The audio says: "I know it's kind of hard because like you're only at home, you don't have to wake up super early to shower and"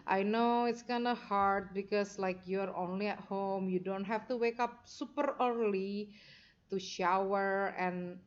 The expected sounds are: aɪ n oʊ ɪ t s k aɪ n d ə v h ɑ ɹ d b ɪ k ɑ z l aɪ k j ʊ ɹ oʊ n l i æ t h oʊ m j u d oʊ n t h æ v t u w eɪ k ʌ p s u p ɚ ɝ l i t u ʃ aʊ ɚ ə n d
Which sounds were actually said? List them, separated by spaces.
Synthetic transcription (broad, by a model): aɪ n oʊ ɪ t s k aɪ n d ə h ɑ ɹ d b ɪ k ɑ s l aɪ k j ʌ ɹ oʊ n l i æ t h oʊ m j u d oʊ n t h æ f t u w eɪ k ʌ p s u p ɚ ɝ l i t u ʃ aʊ ɚ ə n